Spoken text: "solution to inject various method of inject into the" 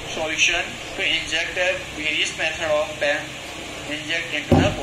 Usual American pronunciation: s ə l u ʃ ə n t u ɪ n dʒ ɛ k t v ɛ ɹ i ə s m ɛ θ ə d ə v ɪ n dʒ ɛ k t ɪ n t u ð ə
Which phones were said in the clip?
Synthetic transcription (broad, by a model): s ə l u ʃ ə n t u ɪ n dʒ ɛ k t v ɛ ɹ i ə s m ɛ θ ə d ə p ɪ n dʒ ɛ k t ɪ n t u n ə